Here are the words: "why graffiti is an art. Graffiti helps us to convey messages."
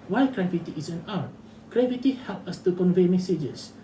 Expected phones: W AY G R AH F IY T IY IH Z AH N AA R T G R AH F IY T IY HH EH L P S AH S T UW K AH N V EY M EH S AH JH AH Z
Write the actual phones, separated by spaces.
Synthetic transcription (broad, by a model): W AY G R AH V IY T IY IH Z AH N AA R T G R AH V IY T IY HH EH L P AH S T UW K AH N V EY M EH S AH JH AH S